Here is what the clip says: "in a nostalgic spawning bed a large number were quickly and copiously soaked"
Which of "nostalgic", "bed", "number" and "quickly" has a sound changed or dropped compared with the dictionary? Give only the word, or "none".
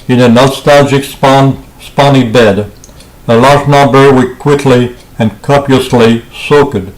number